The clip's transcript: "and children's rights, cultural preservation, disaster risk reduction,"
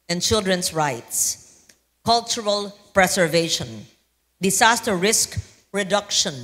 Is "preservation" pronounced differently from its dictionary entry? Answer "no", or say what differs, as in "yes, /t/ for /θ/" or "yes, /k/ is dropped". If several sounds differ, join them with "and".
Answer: yes, /s/ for /z/